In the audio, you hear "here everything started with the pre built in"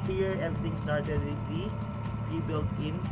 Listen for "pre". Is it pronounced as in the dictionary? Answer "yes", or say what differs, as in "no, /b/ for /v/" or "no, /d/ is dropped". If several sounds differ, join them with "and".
no, /ɹ/ is dropped